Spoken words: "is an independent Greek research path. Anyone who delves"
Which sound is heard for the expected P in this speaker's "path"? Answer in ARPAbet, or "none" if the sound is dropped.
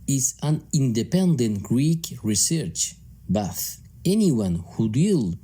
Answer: B